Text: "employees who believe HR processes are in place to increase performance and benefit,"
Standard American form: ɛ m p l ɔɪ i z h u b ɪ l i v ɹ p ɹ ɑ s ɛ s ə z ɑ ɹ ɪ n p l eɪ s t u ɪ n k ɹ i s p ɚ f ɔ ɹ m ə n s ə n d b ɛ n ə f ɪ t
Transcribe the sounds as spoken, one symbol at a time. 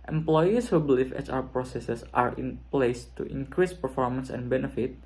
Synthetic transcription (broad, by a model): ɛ m p l ɔɪ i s h u b l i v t p ɹ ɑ s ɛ s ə s ɑ ɹ ɪ n p l eɪ s t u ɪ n k ɹ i s p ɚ f ɔ ɹ m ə n s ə n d b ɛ n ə f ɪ t